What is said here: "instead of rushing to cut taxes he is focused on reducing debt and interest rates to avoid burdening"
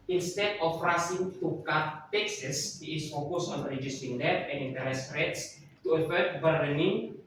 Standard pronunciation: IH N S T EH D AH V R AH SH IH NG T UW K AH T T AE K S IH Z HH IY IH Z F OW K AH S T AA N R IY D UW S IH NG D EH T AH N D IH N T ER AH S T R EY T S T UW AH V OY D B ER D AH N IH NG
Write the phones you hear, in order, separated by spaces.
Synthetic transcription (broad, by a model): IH N S T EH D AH F R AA S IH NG T UW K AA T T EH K S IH S HH IY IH S F OW K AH S AA N R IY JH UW S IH NG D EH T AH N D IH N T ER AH S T R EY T S T UW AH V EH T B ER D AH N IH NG